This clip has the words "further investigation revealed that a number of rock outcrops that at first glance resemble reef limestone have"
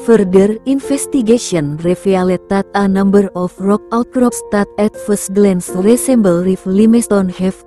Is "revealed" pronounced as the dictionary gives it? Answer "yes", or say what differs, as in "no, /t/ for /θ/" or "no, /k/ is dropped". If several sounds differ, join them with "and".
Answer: no, /f/ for /v/